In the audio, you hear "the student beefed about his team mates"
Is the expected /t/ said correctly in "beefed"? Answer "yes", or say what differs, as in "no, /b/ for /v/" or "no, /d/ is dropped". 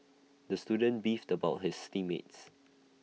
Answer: yes